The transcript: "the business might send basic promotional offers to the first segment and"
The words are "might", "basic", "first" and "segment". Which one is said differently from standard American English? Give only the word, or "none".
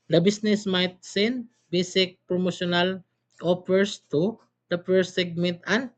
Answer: first